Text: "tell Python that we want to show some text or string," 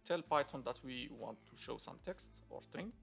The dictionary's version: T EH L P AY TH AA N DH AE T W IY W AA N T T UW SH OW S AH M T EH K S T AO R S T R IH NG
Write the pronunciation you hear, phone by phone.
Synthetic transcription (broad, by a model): T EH L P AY T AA N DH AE T W IY W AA N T T UW SH OW S AH M T EH K S T AO R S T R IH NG